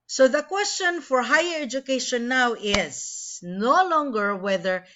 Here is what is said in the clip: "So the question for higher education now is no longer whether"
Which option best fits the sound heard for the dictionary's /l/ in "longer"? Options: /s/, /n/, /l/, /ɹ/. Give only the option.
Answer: /l/